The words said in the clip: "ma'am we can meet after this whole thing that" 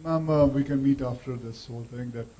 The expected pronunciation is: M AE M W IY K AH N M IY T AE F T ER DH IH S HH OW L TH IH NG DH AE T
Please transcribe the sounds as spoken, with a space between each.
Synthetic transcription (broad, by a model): M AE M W IY K AH N M IY T AE F T ER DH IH S HH OW L T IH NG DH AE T